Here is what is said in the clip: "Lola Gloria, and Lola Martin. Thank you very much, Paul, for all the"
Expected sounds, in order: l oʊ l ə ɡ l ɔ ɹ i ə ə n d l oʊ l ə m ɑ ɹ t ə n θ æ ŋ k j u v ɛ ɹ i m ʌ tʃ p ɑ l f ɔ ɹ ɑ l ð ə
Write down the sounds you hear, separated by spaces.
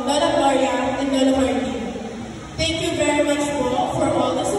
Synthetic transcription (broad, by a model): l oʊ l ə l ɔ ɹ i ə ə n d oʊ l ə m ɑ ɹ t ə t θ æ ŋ k j u v ɛ ɹ i m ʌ tʃ f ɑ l f ɔ ɹ ɑ l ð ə